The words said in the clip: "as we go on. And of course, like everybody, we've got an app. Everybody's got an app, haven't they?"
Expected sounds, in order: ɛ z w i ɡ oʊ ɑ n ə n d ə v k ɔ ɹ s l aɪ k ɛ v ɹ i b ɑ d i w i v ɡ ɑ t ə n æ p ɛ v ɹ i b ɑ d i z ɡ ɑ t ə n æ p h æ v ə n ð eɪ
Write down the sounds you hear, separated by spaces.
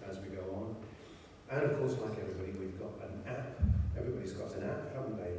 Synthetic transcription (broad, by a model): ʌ z w i ɡ oʊ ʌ n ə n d ə v k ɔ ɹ s l aɪ k ɛ v ɹ i b ɑ d i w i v ɡ ɑ t ə n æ p ɛ v ɹ i b ɑ d i z ɡ ɑ t ə n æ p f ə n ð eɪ